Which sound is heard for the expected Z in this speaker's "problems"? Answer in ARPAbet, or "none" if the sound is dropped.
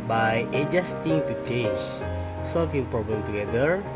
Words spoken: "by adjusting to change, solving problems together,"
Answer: none